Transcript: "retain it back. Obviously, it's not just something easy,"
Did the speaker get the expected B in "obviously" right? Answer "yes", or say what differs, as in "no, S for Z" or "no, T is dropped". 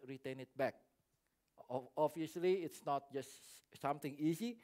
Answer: no, B is dropped